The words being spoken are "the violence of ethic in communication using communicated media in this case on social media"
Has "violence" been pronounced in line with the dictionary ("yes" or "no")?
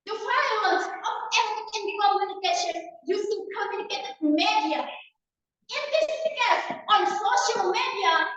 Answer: no